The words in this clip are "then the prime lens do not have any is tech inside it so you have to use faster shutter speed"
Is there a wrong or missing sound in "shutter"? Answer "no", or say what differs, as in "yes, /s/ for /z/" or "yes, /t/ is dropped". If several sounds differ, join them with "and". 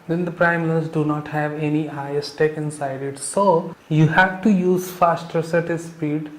yes, /s/ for /ʃ/